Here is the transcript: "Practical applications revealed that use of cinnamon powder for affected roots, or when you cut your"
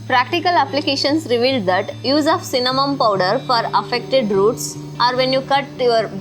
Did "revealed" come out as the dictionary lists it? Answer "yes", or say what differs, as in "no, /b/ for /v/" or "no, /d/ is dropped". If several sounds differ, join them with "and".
yes